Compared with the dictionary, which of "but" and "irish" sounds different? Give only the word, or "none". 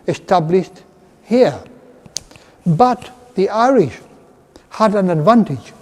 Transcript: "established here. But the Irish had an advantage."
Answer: none